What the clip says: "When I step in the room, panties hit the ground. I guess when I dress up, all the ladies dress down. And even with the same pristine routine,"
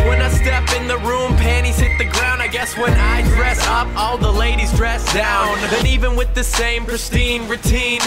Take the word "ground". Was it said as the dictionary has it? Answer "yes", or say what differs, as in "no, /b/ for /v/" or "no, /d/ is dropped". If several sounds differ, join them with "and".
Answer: yes